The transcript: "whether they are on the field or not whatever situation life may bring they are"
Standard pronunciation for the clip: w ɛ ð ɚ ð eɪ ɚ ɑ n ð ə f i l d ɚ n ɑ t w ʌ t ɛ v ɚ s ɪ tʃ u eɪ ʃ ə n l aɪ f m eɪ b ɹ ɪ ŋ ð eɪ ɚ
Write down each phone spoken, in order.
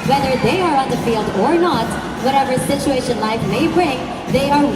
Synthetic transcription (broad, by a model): w ɛ ð ɚ ð eɪ ɚ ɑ n ð ə f i l d ɚ n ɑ t w ʌ t ɛ v ɚ s ɪ tʃ u eɪ ʃ ə n l aɪ f m eɪ b ɹ ɪ ŋ ð eɪ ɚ